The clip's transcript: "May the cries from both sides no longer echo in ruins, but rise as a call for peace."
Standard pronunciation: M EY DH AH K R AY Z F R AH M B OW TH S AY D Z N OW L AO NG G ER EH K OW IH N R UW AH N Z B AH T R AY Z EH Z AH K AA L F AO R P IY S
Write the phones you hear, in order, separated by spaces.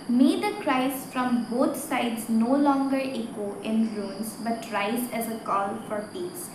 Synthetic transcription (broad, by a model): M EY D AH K R AY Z F R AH M B OW T S AY D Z N OW L AO NG G ER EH K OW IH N L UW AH N S B AH T R AY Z EH Z AH K AA L F AO R P IY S